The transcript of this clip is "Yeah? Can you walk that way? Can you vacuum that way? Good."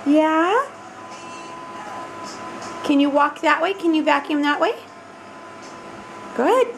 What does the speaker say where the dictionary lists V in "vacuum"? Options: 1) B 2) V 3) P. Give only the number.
2